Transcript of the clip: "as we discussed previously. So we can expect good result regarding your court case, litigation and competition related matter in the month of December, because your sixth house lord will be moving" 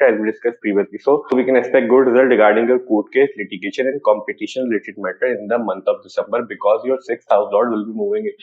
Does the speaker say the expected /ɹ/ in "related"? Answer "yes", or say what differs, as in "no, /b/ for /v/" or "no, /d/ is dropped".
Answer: no, /l/ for /ɹ/